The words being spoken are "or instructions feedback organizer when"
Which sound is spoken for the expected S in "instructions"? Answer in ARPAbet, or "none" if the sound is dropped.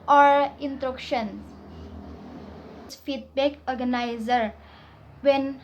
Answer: none